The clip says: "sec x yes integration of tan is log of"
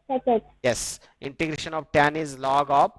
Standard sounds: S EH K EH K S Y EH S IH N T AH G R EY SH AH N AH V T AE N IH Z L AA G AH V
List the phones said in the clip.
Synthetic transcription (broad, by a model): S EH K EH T Y EH S IH N T AH G R EY SH AH N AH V T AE N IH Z L AA G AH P